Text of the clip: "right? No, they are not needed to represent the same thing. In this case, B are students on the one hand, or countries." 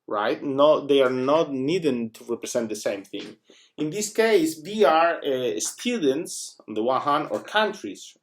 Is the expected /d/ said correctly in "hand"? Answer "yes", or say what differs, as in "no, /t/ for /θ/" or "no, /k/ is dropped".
no, /d/ is dropped